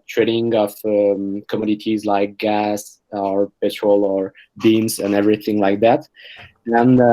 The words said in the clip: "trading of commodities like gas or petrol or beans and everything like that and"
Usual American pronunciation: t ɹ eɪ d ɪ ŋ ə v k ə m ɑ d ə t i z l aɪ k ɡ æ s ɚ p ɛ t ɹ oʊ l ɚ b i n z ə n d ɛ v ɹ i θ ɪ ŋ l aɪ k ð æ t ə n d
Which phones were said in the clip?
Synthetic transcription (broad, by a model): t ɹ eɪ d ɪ ŋ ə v k ə m ɑ d ə t i z l aɪ k ɡ æ s ɚ p ɛ t ɹ oʊ l ɚ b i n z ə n ɛ v ɹ i θ ɪ ŋ l aɪ k ð æ t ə n